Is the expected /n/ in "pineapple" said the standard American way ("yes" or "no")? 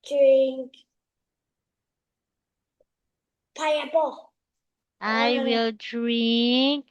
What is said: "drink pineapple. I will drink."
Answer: no